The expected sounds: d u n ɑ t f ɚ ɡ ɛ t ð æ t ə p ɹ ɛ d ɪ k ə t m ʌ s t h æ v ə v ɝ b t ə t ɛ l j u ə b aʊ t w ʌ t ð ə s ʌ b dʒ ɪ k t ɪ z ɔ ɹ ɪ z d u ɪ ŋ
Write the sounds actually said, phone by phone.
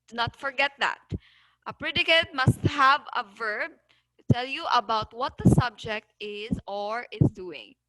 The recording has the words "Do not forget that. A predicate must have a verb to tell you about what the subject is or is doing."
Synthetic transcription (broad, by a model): n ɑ t f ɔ ɡ ɛ t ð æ t ə p ɹ ɛ d ɪ k ə t m ʌ s t h æ v ə v ɝ b t ə t ɛ l j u ə b aʊ t w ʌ t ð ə s ʌ b dʒ ɪ k t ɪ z ɔ ɹ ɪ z d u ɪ ŋ